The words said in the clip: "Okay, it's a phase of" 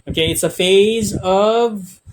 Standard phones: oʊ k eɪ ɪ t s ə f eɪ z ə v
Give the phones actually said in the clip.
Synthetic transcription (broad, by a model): oʊ k eɪ ɪ t s ə f eɪ z ə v